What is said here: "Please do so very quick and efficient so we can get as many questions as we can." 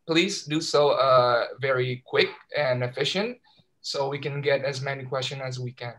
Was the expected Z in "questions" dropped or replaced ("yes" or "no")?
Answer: yes